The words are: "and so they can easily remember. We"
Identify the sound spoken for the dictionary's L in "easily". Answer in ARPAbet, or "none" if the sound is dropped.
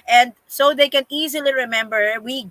L